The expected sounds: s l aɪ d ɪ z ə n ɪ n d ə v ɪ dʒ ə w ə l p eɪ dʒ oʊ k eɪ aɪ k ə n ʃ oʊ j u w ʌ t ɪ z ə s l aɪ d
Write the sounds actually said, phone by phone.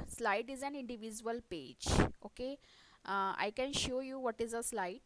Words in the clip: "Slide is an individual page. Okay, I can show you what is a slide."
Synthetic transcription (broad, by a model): s l aɪ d ɪ z ə n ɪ n d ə v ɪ dʒ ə ə l p eɪ dʒ oʊ k eɪ aɪ k ə n ʃ oʊ j u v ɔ t ɪ z ə s l aɪ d